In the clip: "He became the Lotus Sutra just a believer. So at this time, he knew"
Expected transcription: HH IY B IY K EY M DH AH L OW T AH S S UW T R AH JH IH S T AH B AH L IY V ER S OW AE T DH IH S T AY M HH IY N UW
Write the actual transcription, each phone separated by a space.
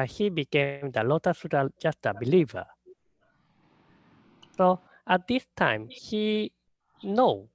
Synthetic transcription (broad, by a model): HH IY B IY K EY M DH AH L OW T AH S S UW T AH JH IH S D AH B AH L IY V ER S OW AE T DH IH S T AY M HH IY N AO